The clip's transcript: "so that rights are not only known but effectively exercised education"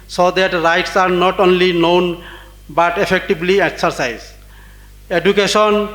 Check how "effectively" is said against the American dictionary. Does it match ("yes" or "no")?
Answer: no